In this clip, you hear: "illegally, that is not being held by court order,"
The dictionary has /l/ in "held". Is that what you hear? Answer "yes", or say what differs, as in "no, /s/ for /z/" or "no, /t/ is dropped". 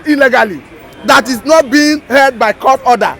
no, /l/ is dropped